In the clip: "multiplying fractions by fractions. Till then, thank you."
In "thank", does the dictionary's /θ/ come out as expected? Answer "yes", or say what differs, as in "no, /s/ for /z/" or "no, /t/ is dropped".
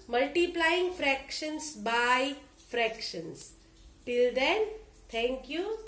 no, /t/ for /θ/